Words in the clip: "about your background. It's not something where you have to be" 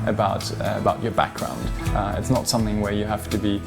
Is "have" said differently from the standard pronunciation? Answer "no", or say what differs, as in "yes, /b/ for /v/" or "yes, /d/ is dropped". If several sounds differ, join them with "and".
yes, /f/ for /v/